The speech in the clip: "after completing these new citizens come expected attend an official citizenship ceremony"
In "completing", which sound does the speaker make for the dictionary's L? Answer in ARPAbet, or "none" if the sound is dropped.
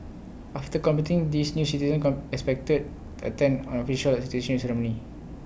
none